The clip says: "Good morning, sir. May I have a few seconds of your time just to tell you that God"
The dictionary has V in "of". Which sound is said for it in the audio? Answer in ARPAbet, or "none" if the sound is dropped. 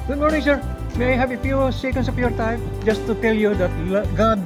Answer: P